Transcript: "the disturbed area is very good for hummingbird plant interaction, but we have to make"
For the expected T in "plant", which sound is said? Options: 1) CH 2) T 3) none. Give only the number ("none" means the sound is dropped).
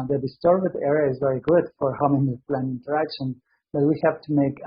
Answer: 3